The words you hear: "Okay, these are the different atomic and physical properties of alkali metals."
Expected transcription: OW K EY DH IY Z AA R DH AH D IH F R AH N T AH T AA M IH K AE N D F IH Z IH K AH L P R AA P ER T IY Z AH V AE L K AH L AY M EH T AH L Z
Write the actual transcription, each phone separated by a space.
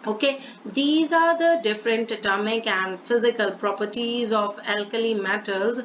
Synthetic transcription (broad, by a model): OW K EY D IY Z AA R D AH D IH F R AH N T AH T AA M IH K AE N D F IH Z IH K AH L P R AA P ER T IY Z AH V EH L K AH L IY M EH T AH L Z